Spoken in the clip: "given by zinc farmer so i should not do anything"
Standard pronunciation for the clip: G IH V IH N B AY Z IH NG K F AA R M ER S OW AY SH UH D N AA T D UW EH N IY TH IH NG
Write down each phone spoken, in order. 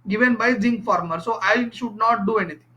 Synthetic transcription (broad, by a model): G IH V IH N B AY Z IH NG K F AA R M ER S OW AY SH UH D N AA T D UW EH N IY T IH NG